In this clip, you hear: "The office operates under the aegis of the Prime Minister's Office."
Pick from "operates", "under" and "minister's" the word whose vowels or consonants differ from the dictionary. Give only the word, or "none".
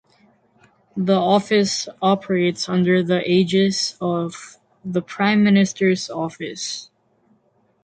none